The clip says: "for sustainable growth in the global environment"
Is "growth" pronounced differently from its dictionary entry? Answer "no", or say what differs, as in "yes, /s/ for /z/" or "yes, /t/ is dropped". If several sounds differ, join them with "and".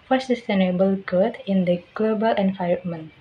yes, /ɹ/ is dropped and /t/ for /θ/